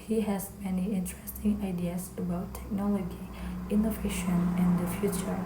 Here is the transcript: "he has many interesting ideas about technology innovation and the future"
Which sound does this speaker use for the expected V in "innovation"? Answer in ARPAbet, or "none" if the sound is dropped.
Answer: V